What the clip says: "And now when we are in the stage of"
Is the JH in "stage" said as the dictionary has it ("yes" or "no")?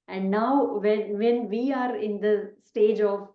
yes